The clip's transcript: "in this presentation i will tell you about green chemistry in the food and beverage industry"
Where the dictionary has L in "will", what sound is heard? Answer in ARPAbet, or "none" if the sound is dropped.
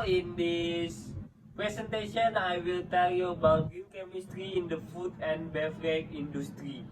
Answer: L